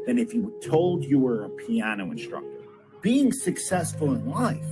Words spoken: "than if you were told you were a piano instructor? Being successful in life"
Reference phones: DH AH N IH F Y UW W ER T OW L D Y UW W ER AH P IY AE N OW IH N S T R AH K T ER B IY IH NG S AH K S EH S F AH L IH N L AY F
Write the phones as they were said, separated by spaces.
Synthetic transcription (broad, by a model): DH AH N IH F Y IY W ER T OW L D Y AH W ER AH P IY AE N OW IH N S T R AH K T ER B IY IH NG S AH K S EH S F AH L IH N L AY F